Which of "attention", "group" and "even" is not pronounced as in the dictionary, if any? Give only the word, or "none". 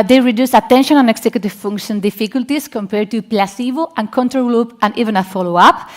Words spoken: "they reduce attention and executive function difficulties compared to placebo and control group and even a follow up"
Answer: group